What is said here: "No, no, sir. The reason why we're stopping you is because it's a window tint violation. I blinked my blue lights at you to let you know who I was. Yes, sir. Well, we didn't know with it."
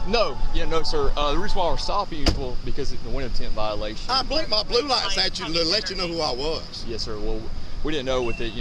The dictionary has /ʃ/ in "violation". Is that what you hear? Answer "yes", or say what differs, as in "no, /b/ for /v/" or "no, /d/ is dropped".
no, /ʃ/ is dropped